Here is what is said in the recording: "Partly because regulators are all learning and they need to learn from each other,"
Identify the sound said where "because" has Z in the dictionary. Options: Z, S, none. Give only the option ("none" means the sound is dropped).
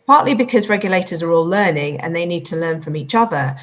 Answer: Z